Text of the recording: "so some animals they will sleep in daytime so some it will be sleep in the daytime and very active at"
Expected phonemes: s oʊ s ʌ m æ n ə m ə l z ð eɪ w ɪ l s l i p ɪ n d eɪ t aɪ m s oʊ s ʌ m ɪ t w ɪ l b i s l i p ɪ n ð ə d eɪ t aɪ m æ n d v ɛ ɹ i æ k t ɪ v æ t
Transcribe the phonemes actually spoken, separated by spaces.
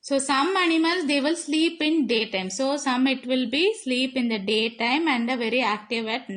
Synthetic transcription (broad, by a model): s oʊ s ʌ m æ n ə m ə l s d eɪ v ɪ l s l i p ɪ n d eɪ t aɪ m s oʊ s ʌ m ɪ t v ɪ l b i s l i p ɪ n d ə d eɪ t aɪ m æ n d v ɛ ɹ i æ k t ɪ v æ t